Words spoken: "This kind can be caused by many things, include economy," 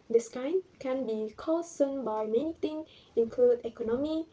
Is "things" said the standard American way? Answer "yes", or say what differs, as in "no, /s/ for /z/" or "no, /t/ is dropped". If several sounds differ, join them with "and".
no, /z/ is dropped